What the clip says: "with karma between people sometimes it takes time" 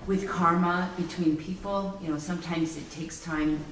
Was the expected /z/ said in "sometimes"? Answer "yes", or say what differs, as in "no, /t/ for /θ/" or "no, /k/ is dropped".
yes